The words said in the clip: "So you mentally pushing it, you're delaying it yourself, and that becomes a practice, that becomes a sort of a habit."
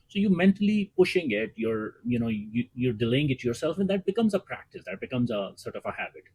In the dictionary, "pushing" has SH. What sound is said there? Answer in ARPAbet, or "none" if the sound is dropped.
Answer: SH